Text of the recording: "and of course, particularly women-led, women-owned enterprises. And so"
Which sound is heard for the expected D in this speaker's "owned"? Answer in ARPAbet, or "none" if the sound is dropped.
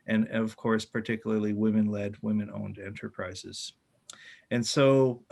D